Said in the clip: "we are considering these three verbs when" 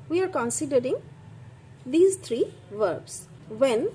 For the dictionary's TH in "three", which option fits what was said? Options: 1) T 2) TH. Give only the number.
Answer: 1